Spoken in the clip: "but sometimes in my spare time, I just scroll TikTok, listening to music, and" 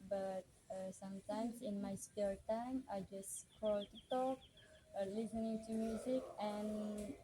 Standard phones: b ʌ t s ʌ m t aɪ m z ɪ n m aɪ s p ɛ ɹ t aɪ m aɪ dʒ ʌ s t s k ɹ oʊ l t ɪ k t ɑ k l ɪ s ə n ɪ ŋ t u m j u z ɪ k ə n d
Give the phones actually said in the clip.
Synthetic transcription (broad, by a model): b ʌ t s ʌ m t aɪ m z ɪ n m aɪ s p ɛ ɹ t aɪ m aɪ dʒ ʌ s s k oʊ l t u t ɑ k l ɪ s ə n ɪ ŋ t u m j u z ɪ k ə n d